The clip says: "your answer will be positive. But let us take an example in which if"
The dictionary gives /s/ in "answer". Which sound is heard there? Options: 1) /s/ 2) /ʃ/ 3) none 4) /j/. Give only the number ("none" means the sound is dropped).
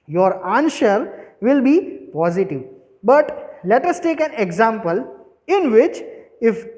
2